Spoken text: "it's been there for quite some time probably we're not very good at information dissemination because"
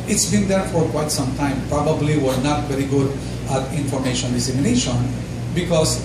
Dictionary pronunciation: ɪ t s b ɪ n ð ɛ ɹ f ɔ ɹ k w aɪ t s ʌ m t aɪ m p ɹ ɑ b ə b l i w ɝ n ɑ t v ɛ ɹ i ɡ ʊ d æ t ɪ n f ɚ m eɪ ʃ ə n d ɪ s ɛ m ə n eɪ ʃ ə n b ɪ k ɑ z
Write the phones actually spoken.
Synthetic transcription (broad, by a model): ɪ t s b ɪ n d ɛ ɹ f ɔ ɹ k w aɪ t s ʌ m t aɪ m p ɹ ɑ b ə b l i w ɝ n ɑ t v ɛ ɹ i ɡ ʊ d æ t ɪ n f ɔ m eɪ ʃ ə n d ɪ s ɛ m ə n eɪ ʃ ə n b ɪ k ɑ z